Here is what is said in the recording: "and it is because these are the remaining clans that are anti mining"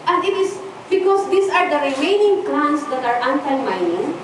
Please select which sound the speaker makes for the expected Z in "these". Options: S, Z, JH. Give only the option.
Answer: S